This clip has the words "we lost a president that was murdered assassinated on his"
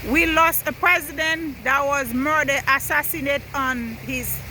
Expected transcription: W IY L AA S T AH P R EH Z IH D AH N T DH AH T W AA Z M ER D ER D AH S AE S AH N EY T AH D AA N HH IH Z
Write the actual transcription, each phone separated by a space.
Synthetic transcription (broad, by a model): W IY L AA S T AH P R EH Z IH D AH N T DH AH T W AA Z M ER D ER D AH S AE S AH N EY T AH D AA N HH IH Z